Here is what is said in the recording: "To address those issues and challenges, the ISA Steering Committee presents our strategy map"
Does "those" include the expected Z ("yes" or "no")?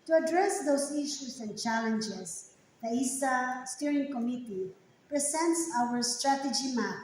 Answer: no